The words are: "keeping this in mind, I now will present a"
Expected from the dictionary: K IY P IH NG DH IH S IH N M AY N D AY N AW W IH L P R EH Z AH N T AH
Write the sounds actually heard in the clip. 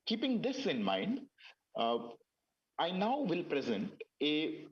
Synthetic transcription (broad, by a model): K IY P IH NG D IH S IH N M AY N D AY N AW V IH L P R EH Z AH N T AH